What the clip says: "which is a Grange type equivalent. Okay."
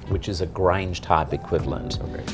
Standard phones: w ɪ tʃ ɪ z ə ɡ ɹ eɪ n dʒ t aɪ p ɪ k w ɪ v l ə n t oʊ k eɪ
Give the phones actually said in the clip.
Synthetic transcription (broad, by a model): w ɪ tʃ ɪ z ə ɡ ɹ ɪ n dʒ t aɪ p ɪ k w ɪ v l ə n t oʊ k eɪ